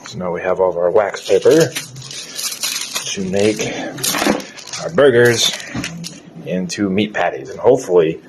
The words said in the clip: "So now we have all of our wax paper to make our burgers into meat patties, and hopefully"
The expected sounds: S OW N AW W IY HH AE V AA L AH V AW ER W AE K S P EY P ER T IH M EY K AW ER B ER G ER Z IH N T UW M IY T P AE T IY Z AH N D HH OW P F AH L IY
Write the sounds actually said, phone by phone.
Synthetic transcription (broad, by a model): S OW N AW W IY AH V AA L AH V AW ER W AE K S P EY P ER T IH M EY K AW ER B ER G ER Z IH N T UW M IY T P AE T IY Z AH N HH OW P F L IY